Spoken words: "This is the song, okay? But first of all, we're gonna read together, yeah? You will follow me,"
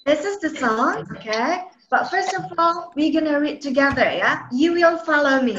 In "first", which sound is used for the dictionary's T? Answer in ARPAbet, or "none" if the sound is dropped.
T